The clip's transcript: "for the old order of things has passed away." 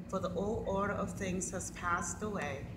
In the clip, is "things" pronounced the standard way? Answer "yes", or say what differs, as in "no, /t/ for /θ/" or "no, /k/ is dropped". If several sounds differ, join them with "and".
yes